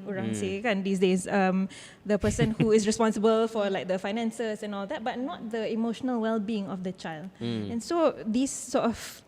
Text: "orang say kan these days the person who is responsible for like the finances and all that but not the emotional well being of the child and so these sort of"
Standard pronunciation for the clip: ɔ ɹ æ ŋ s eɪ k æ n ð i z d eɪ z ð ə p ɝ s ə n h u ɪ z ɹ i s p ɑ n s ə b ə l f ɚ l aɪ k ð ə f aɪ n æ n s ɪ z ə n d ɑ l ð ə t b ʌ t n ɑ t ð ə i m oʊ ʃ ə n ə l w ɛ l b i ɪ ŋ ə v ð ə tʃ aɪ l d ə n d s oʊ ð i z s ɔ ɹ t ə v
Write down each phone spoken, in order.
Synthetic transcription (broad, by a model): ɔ ɹ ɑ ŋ s eɪ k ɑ n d i s d eɪ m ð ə p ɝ s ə n h u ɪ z ɹ i s p ɑ n s ə b ə l f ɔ l aɪ k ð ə f aɪ n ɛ n s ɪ s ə n ɑ l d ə t b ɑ t n ɑ t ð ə i m oʊ ʃ ə n ə l w ɛ l b i ɪ ŋ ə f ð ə tʃ aɪ l d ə n s oʊ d i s ɔ t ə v